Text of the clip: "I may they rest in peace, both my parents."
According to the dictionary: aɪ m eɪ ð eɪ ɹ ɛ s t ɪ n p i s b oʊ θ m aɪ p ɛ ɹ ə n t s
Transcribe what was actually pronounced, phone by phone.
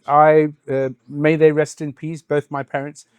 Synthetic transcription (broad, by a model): aɪ m eɪ ð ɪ ɹ ɛ s t ɪ n p i s b oʊ θ m aɪ p ɛ ɹ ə n t s